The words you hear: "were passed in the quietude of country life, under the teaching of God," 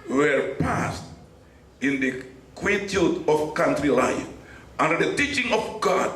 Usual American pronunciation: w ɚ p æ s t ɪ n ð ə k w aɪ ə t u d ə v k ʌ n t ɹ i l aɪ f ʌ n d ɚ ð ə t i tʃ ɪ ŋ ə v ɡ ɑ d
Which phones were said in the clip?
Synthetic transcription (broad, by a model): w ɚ p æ s t ɪ n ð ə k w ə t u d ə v k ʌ n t ɹ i l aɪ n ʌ n d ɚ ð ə t i tʃ ɪ ŋ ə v ɡ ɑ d